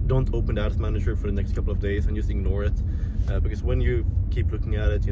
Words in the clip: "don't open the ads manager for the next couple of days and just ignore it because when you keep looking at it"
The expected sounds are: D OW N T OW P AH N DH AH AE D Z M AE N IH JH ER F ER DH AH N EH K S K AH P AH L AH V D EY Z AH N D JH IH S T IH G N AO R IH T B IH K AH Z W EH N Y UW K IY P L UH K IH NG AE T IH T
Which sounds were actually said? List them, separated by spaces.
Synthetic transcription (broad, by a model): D OW N T OW P AH N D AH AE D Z M AE N IH JH ER F ER DH AH N EH K S K AH P L AH V D EY Z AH N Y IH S IH G N AO R IH T B IH K AH Z W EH N Y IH K IY P L UH K IH NG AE T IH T